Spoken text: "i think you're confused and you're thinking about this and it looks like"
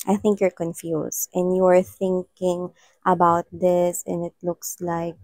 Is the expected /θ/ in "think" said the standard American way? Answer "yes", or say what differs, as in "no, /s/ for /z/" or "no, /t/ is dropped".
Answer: yes